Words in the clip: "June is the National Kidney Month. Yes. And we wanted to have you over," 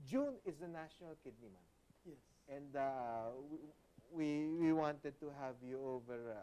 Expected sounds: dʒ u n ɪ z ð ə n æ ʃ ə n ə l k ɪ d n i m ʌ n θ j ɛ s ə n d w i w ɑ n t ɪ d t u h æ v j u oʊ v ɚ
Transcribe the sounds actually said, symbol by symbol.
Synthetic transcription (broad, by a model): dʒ u n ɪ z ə n æ ʃ ə n ə l k ɪ d n i m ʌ n t j ɛ s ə n d w i w ɑ n t ɪ d t u h æ v j u oʊ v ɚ